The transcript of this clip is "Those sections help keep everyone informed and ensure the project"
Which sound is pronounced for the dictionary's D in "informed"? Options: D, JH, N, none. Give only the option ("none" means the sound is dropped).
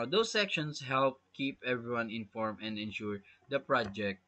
none